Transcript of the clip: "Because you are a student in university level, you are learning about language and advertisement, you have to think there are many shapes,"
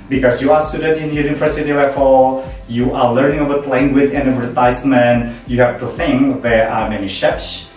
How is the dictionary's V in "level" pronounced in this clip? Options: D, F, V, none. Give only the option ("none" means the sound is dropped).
F